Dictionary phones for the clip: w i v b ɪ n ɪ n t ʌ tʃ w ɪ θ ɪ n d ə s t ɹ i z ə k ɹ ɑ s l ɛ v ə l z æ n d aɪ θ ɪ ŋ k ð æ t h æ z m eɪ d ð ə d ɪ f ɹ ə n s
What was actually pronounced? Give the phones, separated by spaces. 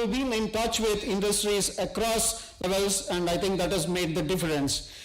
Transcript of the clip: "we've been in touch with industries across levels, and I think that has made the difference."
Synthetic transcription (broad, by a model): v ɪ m ɪ n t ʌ tʃ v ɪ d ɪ n d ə s t ɹ i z ə k ɹ ɑ s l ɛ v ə l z æ n d aɪ t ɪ ŋ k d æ t h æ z m eɪ d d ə d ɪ f ɹ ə n s